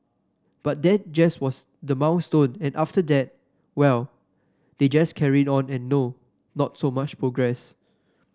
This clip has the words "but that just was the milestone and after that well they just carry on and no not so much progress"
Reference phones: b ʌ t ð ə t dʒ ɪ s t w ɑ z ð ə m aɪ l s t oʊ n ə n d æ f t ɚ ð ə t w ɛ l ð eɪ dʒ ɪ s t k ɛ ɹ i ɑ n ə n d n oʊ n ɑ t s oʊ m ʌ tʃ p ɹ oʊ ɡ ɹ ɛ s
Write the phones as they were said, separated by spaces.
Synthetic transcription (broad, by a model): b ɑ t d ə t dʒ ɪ s w ɑ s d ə m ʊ n s t oʊ n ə n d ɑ f t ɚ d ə t w ɛ l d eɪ dʒ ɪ s k ɛ ɹ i ɑ n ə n n oʊ n ɑ t s oʊ m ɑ tʃ p ɹ oʊ ɡ ɹ ɛ s